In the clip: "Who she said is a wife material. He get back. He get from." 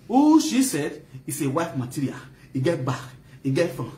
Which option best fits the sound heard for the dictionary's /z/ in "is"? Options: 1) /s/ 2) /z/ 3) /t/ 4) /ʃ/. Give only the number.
1